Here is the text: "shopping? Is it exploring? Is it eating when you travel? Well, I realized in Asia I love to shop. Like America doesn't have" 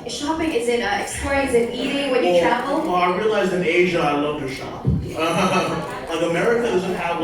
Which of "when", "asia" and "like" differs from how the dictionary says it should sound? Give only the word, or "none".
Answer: none